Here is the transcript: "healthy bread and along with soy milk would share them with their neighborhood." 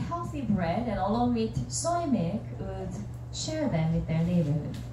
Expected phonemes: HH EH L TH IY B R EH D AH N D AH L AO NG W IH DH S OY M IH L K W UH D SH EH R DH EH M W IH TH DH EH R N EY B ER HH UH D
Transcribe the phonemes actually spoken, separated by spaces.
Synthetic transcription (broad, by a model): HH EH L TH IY B R EH D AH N AH L AO NG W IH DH S OY M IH K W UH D SH EH R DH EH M W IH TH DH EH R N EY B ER